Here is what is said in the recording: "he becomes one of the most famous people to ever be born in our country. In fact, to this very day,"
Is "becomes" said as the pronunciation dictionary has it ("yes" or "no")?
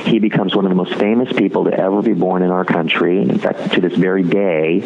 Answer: yes